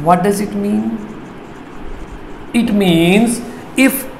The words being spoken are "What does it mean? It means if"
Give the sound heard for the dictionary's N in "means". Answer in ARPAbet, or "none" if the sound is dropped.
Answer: N